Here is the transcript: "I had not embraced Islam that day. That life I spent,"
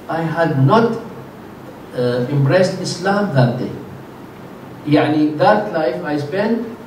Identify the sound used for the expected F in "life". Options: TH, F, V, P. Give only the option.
F